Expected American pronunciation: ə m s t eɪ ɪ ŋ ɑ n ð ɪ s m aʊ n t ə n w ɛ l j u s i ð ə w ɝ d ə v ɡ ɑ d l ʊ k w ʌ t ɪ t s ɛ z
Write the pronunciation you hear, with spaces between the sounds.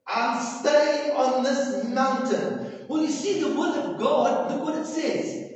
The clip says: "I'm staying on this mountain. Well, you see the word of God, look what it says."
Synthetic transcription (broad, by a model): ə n s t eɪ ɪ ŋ ɑ n ð ɪ s m aʊ n t ə n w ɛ n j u s i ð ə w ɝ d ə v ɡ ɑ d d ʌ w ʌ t ɪ t s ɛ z